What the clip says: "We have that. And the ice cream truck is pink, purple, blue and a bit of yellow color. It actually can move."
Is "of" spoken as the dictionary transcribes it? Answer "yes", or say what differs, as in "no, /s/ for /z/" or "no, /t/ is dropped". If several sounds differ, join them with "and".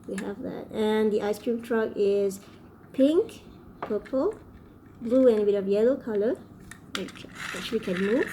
yes